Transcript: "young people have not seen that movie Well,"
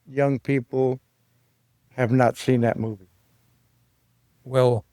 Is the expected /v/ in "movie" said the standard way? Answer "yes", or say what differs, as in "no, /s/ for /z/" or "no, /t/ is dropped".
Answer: yes